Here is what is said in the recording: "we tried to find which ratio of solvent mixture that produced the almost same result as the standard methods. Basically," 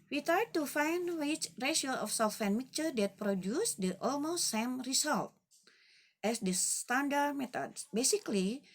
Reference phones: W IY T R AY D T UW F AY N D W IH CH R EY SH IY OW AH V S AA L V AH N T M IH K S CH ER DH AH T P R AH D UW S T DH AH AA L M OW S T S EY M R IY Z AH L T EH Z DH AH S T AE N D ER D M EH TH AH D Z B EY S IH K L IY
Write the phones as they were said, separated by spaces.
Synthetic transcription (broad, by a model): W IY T AY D T UW F AY N D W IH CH R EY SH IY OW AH F S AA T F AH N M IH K CH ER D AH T P R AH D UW S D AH AA L M OW S T S EY M R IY S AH L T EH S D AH S T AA N D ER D M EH T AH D S B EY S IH K L IY